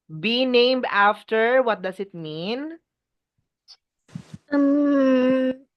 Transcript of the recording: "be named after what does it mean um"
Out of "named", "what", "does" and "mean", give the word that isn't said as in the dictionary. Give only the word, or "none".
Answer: does